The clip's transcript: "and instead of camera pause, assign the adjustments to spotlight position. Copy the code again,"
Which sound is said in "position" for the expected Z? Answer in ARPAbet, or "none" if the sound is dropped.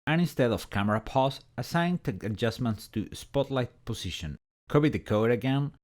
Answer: S